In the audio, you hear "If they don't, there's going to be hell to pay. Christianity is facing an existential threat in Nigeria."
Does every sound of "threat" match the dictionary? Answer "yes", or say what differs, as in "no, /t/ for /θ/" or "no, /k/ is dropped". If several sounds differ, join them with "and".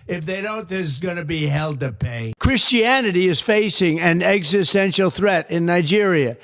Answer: yes